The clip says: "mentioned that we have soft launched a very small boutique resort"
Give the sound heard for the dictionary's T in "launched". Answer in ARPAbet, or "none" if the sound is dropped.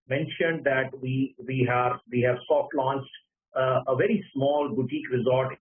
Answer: T